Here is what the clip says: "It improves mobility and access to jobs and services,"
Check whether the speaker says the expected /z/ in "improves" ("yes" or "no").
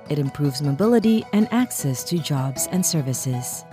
yes